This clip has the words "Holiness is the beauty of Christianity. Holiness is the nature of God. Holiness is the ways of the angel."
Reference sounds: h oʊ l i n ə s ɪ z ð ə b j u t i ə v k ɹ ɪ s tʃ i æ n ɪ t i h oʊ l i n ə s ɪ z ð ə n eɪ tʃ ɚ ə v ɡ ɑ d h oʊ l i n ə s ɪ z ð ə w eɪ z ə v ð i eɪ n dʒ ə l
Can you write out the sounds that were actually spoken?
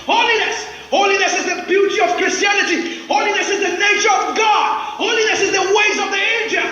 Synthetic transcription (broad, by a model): h oʊ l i n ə s ɪ z ð ə b j u t i ə v k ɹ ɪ s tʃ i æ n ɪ t i h oʊ l i n ə s ɪ z ð ə n eɪ tʃ ɚ ə v ɡ ɑ d h oʊ l i n ə s ɪ z ð ə w eɪ z ə v ð i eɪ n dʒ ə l